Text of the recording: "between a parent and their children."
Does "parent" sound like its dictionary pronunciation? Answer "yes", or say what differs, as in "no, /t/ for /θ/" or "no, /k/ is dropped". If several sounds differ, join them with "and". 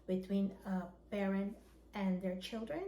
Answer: no, /b/ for /p/